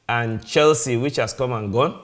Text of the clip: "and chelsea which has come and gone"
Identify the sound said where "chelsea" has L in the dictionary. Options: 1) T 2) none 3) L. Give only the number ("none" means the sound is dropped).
3